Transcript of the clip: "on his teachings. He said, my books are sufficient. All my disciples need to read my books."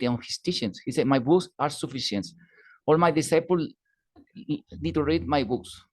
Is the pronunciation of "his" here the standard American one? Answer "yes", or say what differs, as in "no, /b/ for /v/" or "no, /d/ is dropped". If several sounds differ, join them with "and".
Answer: no, /s/ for /z/